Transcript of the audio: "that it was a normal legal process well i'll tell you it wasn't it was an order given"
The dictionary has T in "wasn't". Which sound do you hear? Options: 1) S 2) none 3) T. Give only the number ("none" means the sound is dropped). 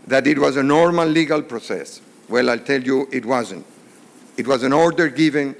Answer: 3